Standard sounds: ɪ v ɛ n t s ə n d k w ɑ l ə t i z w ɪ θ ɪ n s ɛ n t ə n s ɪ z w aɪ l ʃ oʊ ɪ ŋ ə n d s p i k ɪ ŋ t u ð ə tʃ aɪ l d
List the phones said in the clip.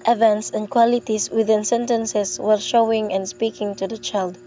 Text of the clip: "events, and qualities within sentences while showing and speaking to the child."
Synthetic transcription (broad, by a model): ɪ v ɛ n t s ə n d k w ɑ l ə t i s w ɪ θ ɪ n s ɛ n t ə n s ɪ s w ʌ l ʃ oʊ ɪ ŋ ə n s p i k ɪ ŋ t u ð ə tʃ aɪ l d